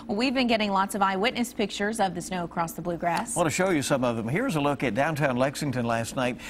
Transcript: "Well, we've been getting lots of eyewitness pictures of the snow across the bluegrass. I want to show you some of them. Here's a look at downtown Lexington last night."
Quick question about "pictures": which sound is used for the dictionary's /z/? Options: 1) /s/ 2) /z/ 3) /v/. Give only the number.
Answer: 2